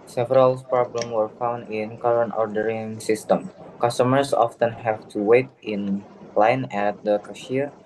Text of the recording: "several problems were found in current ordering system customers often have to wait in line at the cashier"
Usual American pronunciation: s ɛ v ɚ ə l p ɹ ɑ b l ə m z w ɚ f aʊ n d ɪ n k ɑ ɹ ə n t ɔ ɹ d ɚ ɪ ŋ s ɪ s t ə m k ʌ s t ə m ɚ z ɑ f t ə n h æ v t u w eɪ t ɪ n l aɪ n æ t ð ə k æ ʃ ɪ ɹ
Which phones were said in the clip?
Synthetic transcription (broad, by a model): s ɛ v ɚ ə l p ɹ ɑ b l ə m w ɚ f aʊ n d ɪ n k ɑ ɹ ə n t ɔ ɹ d ɚ ɪ ŋ s ɪ s t ə m k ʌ s t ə m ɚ s ɑ f t ə n h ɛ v t u w eɪ t ɪ n l aɪ n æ t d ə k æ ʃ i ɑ